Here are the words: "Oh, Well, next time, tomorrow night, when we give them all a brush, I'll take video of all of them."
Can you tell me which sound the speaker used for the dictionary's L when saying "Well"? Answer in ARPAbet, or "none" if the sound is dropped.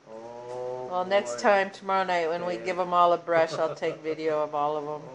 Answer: L